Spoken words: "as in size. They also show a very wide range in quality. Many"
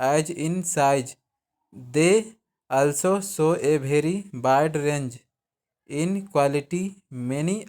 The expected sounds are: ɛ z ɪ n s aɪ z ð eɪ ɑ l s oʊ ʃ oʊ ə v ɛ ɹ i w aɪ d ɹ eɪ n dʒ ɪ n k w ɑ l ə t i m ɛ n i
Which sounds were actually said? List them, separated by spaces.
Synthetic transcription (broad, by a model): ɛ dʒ ɪ n s aɪ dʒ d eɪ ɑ l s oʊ s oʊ ə b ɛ ɹ i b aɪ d ɹ eɪ n dʒ ɪ n k w ɑ l ə t i m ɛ n i